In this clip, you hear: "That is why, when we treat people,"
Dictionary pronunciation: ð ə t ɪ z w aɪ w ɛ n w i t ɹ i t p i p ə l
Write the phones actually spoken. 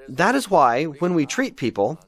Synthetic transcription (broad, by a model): ð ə t ɪ z w aɪ w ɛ n w i t ɹ i t p i p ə l